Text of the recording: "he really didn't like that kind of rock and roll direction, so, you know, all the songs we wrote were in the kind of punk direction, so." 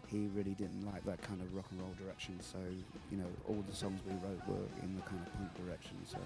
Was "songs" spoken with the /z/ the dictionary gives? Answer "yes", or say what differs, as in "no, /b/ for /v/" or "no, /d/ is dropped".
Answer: yes